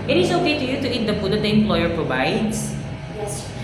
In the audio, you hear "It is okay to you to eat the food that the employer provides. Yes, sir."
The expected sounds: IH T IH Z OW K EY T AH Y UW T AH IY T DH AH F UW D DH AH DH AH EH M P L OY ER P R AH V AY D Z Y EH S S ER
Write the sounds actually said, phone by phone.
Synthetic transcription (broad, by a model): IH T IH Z OW K EY T AH Y UW T AH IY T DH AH P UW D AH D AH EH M P L OY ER P R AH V AY D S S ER